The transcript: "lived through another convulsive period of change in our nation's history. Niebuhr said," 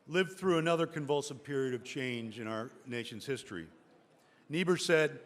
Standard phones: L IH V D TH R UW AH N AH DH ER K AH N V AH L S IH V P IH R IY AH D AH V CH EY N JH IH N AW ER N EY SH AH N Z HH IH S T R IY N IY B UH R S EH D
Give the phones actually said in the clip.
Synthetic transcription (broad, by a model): L IH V TH R UW AH N AH DH ER K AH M V AH L S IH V P IH R IY AH D AH V CH EY N JH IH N AW ER N EY SH AH N Z HH IH S T R IY N IY B UH R S EH D